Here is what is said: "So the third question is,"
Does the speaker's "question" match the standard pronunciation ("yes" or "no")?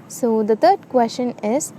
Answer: no